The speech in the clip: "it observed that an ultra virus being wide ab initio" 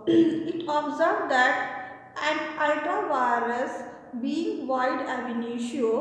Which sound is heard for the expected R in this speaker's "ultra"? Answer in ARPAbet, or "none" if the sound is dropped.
none